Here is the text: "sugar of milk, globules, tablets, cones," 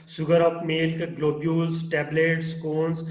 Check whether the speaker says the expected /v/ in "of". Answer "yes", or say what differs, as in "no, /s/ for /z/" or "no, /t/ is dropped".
no, /p/ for /v/